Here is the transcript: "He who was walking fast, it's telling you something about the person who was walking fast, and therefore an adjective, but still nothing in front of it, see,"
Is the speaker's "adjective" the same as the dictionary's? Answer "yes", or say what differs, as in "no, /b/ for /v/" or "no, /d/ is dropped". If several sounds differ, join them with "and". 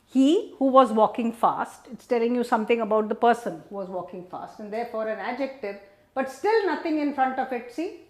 yes